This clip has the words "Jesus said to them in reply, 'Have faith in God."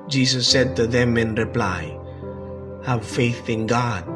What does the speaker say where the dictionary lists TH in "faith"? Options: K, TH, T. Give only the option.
TH